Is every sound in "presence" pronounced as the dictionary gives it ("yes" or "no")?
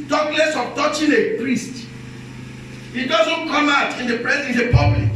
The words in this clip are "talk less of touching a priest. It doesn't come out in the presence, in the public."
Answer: no